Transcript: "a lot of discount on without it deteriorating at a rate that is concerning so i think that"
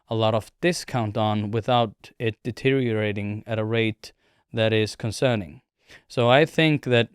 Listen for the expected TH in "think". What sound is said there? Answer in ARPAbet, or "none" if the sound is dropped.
TH